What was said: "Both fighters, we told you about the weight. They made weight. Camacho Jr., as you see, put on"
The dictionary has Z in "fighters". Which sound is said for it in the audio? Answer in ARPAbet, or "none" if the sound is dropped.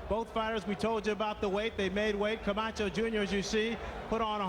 Z